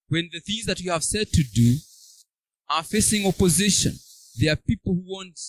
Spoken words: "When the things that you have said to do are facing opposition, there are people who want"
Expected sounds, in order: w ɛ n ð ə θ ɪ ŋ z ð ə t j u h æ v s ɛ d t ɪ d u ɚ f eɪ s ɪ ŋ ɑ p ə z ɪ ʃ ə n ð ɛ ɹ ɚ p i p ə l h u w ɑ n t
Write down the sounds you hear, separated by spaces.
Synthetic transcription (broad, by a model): w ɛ n ð ə θ ɪ ŋ z ð ə t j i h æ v s ɛ d t ɪ d u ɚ f eɪ s ɪ ŋ ɑ p ə z ɪ ʃ ə n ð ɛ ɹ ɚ p i p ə l h u w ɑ n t